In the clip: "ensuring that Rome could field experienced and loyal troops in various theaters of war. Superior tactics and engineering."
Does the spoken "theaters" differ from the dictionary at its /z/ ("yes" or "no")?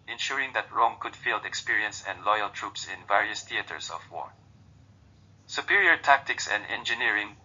yes